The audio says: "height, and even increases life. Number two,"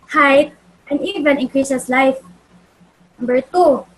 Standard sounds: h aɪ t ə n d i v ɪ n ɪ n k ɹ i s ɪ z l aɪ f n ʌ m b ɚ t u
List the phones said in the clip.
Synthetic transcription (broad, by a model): h aɪ t ə n d i v ɪ n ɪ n k ɹ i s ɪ s l aɪ f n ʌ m b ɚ t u